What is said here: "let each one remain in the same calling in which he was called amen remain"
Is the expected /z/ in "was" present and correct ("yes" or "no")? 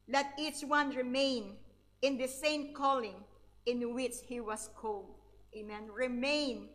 no